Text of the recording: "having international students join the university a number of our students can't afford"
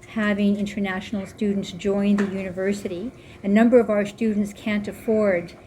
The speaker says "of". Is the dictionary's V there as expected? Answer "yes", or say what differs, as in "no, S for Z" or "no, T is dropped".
yes